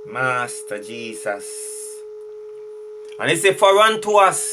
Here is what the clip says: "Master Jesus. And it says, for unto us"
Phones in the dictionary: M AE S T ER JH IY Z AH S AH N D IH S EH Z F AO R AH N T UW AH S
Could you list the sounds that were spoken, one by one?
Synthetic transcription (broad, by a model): M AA S T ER JH IY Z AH S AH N IH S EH F AO R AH N T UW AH S